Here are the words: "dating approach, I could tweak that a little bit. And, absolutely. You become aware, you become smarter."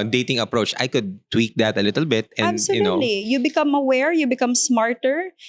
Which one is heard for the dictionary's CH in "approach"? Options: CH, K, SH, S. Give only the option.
CH